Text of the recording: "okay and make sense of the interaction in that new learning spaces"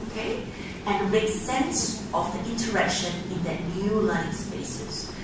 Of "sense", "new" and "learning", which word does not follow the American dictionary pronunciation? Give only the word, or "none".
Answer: learning